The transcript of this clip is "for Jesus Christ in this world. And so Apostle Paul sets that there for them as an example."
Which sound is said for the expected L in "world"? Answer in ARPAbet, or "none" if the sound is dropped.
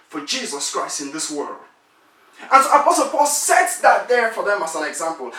L